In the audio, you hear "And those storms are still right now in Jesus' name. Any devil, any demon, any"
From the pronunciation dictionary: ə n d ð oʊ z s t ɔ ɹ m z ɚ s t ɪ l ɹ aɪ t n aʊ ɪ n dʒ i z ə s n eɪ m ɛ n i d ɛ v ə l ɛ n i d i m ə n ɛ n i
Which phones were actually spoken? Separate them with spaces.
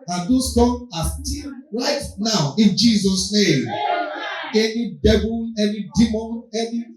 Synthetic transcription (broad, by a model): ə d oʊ s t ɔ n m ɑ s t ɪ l ɹ aɪ t n aʊ ɪ n dʒ i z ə s n eɪ m ɛ n i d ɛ b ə n ɛ n i d i m ə n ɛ n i